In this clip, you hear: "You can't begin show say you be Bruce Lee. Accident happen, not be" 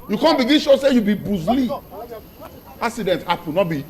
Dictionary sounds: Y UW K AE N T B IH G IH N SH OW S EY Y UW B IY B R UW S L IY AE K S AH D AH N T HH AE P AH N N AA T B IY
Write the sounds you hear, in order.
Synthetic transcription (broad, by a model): Y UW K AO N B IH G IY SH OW S EY Y UW B IY B UW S L IY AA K S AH D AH N T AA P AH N N AA T B IY